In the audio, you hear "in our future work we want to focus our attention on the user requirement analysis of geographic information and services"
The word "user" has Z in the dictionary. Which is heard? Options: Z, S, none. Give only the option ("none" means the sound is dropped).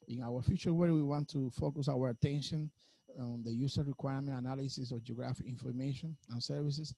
S